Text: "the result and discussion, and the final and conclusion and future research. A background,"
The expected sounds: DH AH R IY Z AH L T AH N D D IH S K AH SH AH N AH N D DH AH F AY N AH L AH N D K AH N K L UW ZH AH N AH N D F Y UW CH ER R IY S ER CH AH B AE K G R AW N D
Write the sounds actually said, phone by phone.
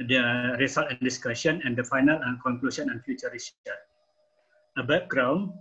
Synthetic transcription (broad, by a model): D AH R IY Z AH L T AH N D D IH S K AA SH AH N AH N D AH F AY N AH L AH K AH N K L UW S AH N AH N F Y UW CH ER R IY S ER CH AH B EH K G R AW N